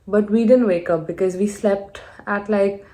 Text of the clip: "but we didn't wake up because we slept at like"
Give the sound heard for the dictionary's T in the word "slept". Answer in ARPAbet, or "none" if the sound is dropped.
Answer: T